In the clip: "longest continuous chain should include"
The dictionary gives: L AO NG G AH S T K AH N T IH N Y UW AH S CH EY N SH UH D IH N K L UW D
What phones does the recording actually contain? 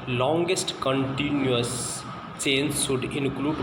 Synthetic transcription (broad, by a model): L AO NG G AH S T K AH N T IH N Y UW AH S CH EY N S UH D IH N K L UW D